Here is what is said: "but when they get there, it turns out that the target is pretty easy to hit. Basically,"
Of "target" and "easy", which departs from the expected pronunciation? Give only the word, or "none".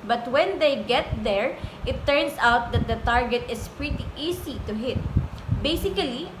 easy